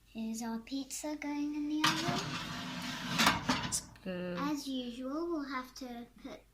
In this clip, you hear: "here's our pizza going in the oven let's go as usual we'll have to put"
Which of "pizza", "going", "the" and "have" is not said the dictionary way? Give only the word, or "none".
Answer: have